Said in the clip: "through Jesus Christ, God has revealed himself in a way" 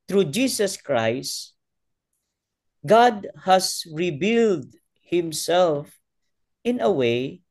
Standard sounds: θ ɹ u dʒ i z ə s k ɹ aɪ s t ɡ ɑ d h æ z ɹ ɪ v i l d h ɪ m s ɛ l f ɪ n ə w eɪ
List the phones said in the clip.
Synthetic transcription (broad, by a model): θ ɹ u dʒ i s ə s k ɹ aɪ s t ɡ ɑ d h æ s ɹ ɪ b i l d h ɪ m s ɛ l f ɪ n ə w eɪ